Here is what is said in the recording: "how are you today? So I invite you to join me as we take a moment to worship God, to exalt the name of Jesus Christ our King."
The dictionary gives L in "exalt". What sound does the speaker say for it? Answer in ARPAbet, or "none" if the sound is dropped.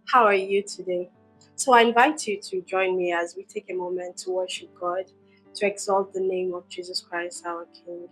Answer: L